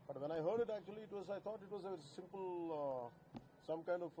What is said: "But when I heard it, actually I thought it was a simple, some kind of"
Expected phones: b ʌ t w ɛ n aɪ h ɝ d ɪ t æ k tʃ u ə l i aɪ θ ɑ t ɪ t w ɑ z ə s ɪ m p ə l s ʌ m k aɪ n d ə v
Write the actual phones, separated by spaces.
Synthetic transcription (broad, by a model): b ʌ t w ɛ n aɪ h ɝ d ɪ t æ k tʃ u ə w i aɪ t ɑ t ɪ t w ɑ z ə s ɪ m p ə l s ʌ m k aɪ n d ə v